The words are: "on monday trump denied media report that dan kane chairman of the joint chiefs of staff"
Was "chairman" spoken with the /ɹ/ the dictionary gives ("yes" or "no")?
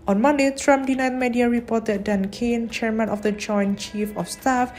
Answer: yes